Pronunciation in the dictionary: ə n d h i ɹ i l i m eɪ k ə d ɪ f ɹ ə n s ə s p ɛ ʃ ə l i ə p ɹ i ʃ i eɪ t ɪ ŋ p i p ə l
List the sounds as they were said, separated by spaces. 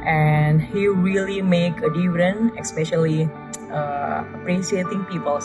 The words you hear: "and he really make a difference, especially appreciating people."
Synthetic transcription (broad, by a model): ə n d h i ɹ i l i m eɪ k ə d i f ɹ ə n ə s p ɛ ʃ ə l i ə p ɹ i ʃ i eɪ t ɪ ŋ p i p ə l